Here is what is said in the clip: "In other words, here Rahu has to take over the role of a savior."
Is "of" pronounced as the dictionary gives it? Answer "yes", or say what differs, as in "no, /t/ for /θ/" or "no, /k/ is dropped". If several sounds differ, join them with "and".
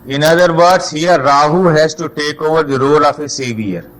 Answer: no, /f/ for /v/